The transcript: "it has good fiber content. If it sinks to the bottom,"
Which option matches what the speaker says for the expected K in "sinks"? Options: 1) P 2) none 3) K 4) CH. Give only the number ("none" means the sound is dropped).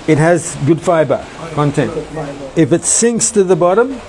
3